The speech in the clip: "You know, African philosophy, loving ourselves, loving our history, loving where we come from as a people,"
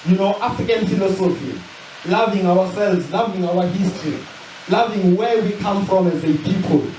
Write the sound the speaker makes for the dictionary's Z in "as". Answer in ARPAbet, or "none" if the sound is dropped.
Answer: Z